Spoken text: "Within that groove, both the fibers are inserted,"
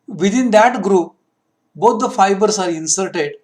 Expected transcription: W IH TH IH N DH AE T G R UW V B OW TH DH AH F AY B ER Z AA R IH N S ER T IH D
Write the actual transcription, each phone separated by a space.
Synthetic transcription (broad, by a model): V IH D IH N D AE T G R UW P B OW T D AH F AY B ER S AA R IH N S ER T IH D